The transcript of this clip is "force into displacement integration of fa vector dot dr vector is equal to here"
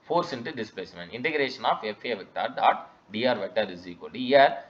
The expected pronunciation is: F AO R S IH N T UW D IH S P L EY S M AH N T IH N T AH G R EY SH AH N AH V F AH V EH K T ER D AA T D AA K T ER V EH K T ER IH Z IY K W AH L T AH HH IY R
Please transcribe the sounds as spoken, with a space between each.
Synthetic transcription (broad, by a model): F AO R S IH N T UW D IH S P L EY S M AH N T IH N T AH G R EY SH AH N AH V F AH V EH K T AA D AA T D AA T V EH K T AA IH Z IY K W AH L T AH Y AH R